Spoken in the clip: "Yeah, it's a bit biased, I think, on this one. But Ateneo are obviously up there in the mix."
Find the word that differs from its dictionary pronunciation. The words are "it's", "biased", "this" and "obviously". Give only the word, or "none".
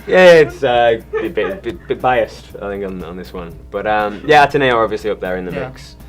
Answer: none